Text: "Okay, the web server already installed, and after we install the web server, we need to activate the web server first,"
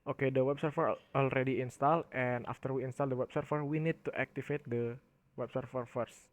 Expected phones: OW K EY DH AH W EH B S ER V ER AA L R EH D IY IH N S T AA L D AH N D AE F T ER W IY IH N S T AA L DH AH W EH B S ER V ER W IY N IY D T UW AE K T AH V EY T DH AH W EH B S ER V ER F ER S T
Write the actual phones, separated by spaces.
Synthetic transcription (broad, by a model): OW K EY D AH W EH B S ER F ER AA L R EH D IY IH N S T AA L AH N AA F T ER W IY IH N S T AA L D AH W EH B S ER F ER W IY N IY D T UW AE K T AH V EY T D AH W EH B S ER F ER F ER S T